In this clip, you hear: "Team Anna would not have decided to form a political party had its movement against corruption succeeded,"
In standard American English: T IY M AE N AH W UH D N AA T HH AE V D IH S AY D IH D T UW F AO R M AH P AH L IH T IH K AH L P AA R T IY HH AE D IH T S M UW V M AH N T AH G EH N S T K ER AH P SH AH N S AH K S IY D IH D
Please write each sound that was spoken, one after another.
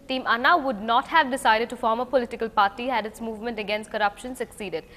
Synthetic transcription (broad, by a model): T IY M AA N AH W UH D N AA T HH AE V D IH S AY D IH D T UW F AO R M AH P AH L IH T IH K AH L P AA R T IY HH AE D IH T S M UW V M AH N T AH G EH N S T K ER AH P SH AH N S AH K S IY D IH D